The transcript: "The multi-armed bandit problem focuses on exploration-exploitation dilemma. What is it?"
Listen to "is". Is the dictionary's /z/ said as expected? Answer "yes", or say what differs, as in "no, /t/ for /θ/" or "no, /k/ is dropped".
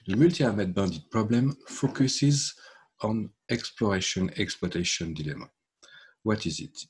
yes